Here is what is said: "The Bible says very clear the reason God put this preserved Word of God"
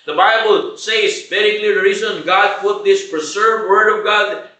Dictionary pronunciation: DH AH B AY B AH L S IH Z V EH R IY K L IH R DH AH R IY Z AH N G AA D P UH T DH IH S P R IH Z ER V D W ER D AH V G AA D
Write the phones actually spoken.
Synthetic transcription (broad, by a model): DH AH B AY B AH L S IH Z B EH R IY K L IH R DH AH R IY Z AH N G AA D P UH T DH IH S P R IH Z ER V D W ER D AH V G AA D